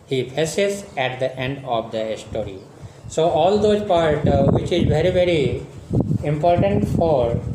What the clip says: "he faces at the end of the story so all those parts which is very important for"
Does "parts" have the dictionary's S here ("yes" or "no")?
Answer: no